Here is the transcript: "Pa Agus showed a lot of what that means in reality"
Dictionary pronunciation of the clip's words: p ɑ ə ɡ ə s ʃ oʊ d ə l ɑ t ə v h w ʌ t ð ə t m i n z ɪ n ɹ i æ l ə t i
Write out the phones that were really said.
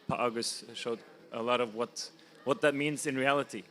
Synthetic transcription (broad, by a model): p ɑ ə ɡ ə s ʃ oʊ d ə l ɑ t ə v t w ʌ t ð ə t m i n z ɪ n ɹ i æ l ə t i